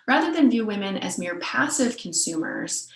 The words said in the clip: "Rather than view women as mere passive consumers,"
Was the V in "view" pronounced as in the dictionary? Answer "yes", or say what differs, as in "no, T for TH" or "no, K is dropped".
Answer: yes